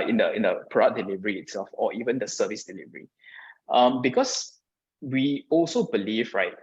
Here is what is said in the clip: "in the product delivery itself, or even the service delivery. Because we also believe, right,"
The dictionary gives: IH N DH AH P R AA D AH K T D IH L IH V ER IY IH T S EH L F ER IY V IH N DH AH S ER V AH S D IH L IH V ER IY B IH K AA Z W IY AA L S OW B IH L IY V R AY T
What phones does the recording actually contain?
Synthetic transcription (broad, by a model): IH N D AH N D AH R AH T D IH L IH V ER IY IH T S EH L F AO IY V IH N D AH S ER V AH S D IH L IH V ER IY B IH K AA S W IY AA L S OW B IH L IY V R AY T